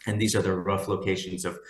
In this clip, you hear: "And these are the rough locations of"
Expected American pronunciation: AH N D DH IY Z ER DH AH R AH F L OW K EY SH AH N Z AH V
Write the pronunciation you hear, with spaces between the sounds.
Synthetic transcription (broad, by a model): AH N DH IY Z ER DH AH R AH F L OW K EY SH AH N Z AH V